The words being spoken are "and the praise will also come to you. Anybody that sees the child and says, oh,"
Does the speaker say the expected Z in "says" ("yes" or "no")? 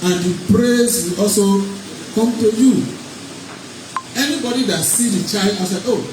no